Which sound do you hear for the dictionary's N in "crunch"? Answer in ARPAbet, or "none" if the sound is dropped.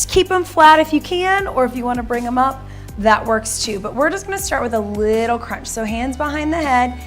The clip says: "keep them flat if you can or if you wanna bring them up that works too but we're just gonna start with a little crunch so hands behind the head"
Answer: N